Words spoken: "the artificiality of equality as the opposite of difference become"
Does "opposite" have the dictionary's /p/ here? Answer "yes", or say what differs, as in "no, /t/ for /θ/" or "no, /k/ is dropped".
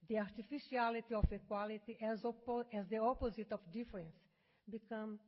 yes